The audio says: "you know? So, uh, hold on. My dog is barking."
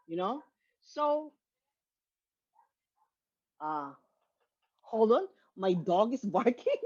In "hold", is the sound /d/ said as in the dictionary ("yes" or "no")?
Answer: no